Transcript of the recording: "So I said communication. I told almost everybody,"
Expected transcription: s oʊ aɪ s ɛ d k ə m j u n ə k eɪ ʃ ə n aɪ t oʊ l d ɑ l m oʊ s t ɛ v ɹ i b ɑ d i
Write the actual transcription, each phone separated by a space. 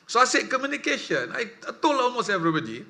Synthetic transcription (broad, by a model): s oʊ aɪ s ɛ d k ə m j u n ə k eɪ ʃ ə n aɪ t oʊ l ɑ l m oʊ s t ɛ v ɹ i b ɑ d i